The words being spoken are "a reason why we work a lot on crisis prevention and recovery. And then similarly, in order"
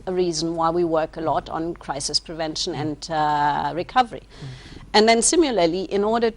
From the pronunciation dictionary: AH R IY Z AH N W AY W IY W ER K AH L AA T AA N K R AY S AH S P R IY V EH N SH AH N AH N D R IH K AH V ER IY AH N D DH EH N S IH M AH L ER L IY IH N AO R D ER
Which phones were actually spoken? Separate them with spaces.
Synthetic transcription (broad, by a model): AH R IY Z AH N W AY W IY W ER K AH L AA T N K R AY S AH S P R IY V EH N SH AH N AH N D R IH K AH V ER IY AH N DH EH N S IH M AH L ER L IY IH N AO R D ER